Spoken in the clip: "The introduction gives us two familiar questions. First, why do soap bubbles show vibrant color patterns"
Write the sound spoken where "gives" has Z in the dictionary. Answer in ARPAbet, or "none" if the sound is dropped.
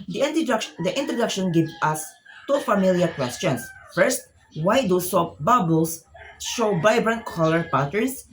none